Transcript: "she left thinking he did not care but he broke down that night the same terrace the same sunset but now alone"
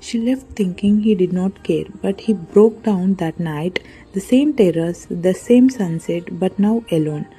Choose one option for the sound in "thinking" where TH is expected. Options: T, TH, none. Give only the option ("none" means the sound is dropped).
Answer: T